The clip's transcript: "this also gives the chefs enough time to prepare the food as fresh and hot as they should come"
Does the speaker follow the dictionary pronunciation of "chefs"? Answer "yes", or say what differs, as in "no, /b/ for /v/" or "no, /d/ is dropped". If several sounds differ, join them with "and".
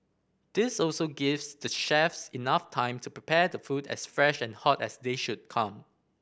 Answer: yes